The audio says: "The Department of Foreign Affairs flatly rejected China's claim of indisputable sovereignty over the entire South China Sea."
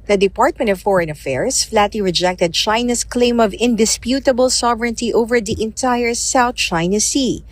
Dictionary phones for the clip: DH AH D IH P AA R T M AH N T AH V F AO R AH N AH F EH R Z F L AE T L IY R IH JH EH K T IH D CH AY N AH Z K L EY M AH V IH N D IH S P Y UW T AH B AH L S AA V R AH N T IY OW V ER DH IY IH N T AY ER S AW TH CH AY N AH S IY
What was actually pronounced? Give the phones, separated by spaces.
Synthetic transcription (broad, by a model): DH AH D IH P AA R T M AH N T AH V F AO R AH N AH F EH R S F L AE T L IY R IH JH EH K T IH D CH AY N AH S K L EY M AH V IH N D IH S P Y UW T AH B AH L S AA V R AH N T IY OW V ER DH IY IH N T AY ER S AW TH CH AY N AH S IY